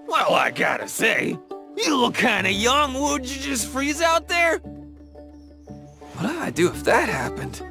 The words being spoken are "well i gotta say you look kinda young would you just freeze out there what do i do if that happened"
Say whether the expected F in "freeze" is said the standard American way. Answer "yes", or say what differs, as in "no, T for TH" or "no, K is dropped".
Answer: yes